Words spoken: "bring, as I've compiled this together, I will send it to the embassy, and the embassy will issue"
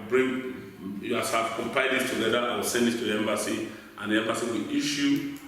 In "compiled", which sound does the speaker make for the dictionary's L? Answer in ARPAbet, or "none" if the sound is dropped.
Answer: none